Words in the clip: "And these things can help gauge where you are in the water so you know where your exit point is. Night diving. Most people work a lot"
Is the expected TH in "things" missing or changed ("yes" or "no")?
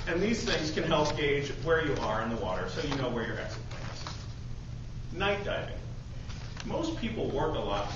no